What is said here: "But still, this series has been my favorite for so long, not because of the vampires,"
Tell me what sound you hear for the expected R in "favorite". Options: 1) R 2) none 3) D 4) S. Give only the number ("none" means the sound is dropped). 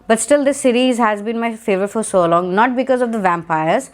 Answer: 2